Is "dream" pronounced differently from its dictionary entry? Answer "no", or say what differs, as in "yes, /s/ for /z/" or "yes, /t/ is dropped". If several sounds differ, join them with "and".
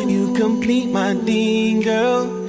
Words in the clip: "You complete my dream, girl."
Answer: yes, /ɹ/ is dropped